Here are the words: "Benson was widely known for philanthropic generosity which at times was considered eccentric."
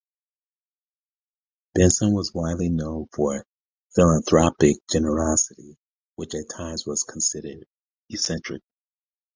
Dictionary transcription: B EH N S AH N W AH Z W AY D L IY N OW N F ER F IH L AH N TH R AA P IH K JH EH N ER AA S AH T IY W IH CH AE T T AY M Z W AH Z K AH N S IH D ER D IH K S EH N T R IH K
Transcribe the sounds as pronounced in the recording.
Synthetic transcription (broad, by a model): B EH N S AH N W AH Z W AY D L IY N OW N F ER F IH L AH N TH R AA P IH K JH EH N ER AA S AH T IY W IH CH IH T T AY M Z W AH Z K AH N S IH D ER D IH S EH N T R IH K